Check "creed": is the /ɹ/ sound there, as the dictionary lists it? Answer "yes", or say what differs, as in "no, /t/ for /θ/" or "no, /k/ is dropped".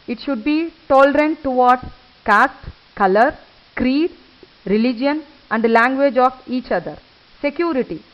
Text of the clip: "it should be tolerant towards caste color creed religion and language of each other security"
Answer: yes